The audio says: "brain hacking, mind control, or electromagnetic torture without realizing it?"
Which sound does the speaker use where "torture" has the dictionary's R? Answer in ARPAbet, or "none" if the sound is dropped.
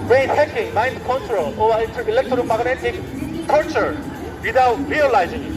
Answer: L